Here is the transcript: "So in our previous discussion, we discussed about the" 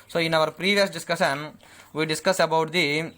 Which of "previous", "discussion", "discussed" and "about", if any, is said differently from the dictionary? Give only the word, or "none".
discussed